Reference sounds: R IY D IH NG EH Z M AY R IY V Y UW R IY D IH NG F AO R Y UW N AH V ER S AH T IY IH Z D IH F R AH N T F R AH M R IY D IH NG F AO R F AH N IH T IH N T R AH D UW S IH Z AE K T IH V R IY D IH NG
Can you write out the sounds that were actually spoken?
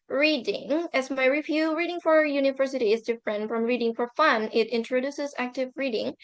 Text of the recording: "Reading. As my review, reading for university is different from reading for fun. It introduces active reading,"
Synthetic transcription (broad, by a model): R IY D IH NG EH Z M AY R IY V Y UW R IY D IH NG F AO R Y UW N AH V ER S AH T IY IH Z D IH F R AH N F R AH M R IY D IH NG F AO R F AH N IH T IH N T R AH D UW S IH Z AE K T IH V R IY D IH NG